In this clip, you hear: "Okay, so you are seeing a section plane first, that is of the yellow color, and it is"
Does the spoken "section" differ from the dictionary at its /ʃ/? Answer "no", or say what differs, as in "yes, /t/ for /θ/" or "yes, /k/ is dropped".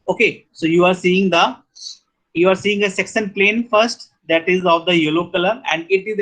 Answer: yes, /s/ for /ʃ/